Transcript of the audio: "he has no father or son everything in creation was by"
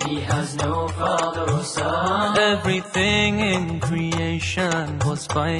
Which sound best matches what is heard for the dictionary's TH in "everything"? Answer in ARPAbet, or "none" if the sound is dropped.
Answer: TH